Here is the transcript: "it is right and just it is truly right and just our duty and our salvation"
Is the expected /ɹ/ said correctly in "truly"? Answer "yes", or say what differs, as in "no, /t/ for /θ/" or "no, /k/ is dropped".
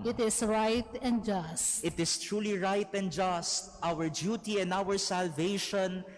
yes